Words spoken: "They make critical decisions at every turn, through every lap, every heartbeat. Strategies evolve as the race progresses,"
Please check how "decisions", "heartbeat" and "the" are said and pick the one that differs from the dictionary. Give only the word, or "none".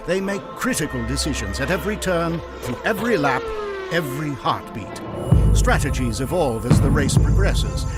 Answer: none